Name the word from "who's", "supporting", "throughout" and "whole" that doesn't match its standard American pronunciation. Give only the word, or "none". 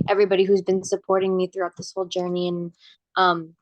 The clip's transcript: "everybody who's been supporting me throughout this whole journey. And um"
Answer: none